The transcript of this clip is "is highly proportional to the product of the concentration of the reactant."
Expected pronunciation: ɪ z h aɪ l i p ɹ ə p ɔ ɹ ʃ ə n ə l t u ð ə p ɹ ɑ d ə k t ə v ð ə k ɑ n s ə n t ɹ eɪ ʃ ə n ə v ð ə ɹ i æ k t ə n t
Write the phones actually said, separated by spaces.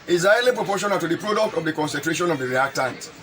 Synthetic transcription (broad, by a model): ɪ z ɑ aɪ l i p ɹ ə p ɔ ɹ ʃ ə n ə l t u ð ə p ɹ ɑ d ə k t ə v ð ə k ɑ n s ə n t ɹ eɪ ʃ ə n ə v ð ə ɹ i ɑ k t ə n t